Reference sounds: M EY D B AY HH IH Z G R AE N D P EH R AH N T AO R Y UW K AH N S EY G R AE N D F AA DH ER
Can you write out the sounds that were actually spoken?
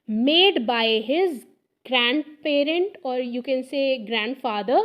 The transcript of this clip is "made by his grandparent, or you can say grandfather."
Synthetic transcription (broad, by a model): M EY D B AY HH IH Z G R AE N D P EH R AH N T AO R Y UW K AH N S EY G R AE N D F AA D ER